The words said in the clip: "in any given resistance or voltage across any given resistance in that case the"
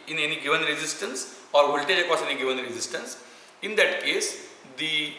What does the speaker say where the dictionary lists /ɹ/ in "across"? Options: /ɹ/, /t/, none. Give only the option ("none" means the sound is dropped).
none